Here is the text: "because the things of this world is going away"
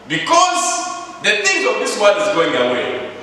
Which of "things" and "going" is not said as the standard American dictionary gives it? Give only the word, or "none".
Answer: things